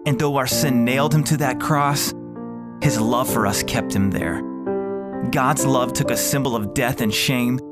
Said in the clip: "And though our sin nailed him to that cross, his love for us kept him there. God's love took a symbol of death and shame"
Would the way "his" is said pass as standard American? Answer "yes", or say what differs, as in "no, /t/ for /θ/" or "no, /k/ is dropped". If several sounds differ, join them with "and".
yes